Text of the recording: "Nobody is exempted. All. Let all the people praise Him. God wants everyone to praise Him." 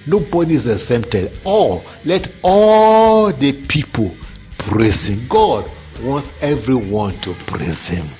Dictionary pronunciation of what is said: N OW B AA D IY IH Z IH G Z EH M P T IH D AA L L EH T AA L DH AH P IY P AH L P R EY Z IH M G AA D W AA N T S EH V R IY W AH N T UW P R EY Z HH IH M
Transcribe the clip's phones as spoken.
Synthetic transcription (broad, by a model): N OW B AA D IY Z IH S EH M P T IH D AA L L EH T AA L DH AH P IY P AH L P R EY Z IH M G AA D W AA N T S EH V R IY W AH N T UW P R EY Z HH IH M